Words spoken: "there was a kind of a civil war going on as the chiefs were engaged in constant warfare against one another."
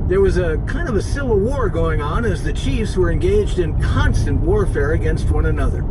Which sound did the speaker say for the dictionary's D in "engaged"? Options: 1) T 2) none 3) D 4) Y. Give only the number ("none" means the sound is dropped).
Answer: 3